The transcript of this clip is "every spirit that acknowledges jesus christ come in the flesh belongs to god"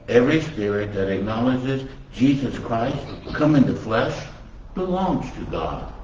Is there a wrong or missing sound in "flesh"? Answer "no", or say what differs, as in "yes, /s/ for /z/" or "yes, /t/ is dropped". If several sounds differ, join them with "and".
no